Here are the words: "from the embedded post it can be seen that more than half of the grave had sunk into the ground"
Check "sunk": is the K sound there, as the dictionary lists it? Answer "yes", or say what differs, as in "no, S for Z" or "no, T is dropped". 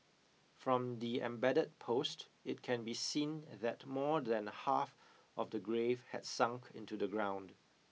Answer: yes